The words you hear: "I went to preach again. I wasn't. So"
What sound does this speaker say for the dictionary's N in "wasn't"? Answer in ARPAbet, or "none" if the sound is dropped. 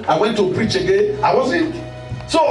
none